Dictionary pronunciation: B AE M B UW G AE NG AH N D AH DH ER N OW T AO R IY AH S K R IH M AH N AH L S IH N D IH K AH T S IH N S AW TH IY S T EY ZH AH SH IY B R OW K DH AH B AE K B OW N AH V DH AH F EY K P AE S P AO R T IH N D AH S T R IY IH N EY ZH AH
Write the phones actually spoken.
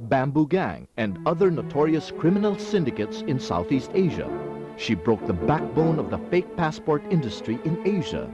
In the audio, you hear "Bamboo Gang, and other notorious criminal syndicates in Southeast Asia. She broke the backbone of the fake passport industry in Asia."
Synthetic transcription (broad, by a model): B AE M B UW G AE NG AH N D AH DH ER N OW T AO R IY AH S K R IH M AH N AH L S IH N D IH K AH T S IH N S AW TH IY S T EY ZH AH SH IY B R OW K DH AH B AE K B OW N AH V DH AH F EY K P AE S P AO R T IH N D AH S T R IY IH N EY ZH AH